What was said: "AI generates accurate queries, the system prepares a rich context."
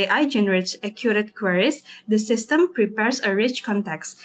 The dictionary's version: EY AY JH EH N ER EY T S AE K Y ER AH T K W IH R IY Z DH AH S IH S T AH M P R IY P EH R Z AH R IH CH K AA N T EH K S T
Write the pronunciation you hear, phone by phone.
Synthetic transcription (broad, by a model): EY AY JH EH N ER EY T S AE K Y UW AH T K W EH R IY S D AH S IH S T AH M P R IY P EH R S AH R IH CH K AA N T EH K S